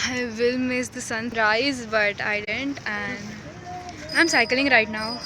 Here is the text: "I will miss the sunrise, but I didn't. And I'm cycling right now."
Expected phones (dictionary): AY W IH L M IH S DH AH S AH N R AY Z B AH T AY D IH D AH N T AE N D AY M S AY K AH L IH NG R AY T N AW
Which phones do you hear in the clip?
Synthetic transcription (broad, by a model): AY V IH L M IH S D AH S AH N R AY Z B AH T AY D IH D AH N T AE N D AY M S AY K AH L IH NG R AY T N AW